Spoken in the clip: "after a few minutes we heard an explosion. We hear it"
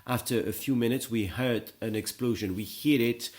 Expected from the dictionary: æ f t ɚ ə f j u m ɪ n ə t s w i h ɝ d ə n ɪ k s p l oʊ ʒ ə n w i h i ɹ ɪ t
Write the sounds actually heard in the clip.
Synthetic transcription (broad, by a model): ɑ f t ɚ ə f j u m ɪ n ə t s w i h ɝ d ə n ɪ k s p l oʊ ʒ ə n w i h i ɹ ɪ t